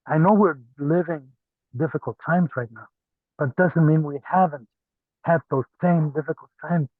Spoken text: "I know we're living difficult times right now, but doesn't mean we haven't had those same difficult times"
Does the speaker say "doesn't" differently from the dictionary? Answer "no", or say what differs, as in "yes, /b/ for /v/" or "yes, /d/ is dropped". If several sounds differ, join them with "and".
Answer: no